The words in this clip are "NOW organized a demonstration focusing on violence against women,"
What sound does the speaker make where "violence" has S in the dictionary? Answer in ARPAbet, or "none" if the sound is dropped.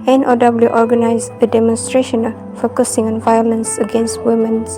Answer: S